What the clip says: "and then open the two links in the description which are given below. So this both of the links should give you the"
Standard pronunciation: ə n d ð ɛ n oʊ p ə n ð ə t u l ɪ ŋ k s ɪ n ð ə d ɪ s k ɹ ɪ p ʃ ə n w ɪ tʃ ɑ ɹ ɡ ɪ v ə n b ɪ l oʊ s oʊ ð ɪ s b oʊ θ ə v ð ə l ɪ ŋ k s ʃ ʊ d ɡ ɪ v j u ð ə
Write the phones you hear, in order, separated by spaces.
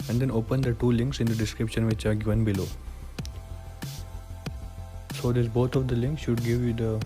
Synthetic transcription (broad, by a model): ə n d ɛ n oʊ p ə n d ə t u l ɪ ŋ k s ɪ n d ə d ɪ s k ɹ ɪ p ʃ ə n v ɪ tʃ ɑ ɹ ɡ ɪ v ə n b ɪ l oʊ s oʊ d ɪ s b oʊ t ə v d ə l ɪ ŋ k s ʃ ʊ d ɡ ɪ v j u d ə